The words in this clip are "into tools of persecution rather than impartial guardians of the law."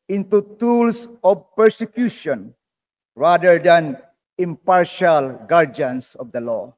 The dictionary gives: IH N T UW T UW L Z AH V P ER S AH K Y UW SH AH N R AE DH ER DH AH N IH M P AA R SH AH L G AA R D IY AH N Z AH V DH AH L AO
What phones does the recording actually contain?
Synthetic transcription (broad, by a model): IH N T UW T UW L S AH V P ER S AH K Y UW SH AH N R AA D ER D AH N IH M P AA R SH AH L G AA R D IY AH N S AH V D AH L AO